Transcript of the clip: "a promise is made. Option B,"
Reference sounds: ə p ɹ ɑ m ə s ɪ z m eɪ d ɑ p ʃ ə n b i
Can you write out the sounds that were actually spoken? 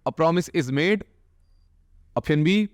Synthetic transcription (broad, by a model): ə p ɹ ɑ m ə s ɪ z m eɪ d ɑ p ə n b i